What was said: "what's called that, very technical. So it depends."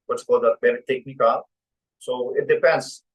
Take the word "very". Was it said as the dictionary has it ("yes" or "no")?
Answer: no